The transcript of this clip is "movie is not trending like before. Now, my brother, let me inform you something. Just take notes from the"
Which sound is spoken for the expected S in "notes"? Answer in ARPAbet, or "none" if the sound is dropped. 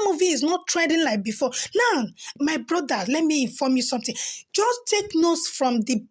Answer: S